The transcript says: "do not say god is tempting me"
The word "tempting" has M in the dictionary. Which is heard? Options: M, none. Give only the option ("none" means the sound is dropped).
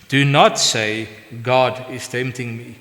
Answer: M